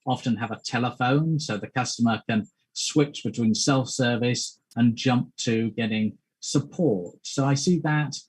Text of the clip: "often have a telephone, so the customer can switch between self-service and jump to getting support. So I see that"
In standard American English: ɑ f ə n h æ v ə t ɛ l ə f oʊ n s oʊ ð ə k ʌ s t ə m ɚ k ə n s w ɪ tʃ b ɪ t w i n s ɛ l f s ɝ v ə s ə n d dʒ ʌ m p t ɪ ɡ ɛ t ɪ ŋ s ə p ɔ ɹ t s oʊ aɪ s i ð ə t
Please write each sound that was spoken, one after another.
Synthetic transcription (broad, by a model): ɑ f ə n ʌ v ə t ɛ l ə f oʊ n s oʊ ð ə k ʌ s t ə m ɚ k ə n s w ɪ tʃ b ɪ t w i n s ɛ l f s ɝ v ə s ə n dʒ ʌ m p t ɪ ɡ ɛ t ɪ ŋ s ə p ɔ ɹ t s oʊ aɪ s i ð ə t